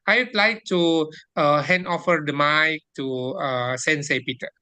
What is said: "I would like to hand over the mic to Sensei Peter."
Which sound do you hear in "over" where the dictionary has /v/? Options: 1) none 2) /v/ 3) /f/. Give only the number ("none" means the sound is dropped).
3